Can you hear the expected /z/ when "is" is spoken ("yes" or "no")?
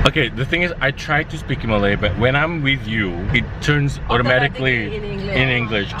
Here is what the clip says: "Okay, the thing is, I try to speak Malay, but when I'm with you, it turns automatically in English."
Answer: yes